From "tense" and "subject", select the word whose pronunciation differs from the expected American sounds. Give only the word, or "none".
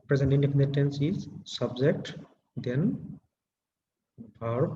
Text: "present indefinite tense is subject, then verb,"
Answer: none